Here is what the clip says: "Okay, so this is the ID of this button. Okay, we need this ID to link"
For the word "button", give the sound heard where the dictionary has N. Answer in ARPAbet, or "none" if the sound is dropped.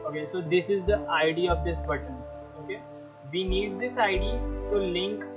N